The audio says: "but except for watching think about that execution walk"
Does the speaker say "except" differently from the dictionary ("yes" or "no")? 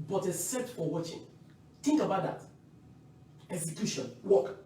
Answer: yes